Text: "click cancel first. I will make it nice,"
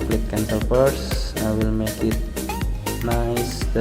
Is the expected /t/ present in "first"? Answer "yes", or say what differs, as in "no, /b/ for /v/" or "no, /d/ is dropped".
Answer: no, /t/ is dropped